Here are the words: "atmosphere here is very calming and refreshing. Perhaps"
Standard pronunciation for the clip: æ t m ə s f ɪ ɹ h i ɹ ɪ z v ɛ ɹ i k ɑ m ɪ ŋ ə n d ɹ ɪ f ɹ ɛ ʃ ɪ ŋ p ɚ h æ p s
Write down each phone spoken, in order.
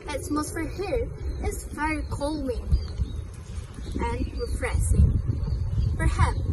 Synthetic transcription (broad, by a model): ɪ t m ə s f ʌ ɹ h i ɹ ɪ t v ɛ ɹ i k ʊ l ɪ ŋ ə n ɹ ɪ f ɹ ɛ s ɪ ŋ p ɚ h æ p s